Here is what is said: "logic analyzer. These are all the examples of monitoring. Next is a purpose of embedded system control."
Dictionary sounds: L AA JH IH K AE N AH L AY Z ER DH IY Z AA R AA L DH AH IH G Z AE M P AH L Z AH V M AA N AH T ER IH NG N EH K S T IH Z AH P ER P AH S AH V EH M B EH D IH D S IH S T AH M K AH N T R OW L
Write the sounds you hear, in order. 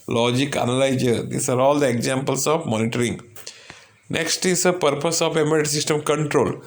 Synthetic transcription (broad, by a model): L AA JH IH K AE N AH L AY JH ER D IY S AA R AA L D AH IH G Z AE M P AH L S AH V M AA N AH T ER IH NG N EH K S T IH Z AH P ER P AH S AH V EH M EH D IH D S IH S T AH M K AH N T R OW L